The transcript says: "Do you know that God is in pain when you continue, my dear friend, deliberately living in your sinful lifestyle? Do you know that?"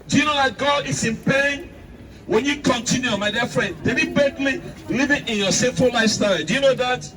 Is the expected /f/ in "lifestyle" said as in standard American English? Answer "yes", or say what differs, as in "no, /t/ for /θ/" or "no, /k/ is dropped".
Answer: no, /f/ is dropped